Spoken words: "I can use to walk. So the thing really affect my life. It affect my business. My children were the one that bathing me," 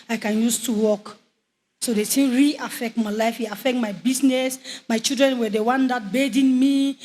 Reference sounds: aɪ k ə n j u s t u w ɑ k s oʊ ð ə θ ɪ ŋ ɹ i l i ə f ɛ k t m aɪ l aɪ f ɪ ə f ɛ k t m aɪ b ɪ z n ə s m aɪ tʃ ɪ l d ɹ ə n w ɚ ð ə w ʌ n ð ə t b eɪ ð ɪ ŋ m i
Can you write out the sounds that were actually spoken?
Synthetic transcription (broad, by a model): aɪ k ə n j u s t u w ɑ k s oʊ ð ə s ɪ ɹ i i f ɛ k t m aɪ l aɪ f ɪ ə f ɛ k t m aɪ b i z n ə s m aɪ tʃ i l d ɹ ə n w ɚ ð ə w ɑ n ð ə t b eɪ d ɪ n m i